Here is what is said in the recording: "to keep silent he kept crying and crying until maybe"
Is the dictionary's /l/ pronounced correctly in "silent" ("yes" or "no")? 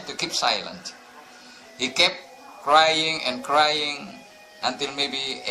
yes